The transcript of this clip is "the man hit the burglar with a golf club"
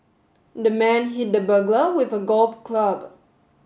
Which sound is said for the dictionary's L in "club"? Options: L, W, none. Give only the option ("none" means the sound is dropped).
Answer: L